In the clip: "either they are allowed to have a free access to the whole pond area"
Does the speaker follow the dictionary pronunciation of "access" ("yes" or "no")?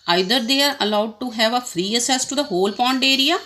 no